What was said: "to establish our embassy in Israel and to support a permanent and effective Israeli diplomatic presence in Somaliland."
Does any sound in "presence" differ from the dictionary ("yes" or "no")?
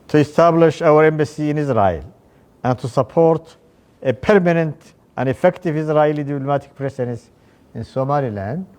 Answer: yes